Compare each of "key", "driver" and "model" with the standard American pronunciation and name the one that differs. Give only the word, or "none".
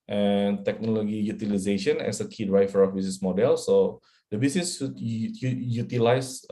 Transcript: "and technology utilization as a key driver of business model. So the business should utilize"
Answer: driver